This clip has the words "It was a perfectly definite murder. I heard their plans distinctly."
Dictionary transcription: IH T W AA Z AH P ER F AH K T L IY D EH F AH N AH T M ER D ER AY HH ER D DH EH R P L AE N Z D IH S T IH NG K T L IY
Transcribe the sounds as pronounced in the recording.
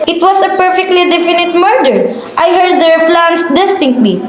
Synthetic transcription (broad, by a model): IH T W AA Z AH P ER F AH K T L IY D EH F AH N AH T M ER D ER AY HH ER D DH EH R P L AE N S D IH S T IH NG K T L IY